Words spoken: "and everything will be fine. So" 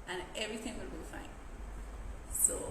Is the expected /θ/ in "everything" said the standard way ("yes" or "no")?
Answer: yes